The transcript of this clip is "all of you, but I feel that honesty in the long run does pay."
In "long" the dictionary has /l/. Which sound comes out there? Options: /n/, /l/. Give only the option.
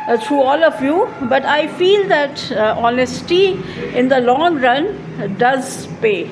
/l/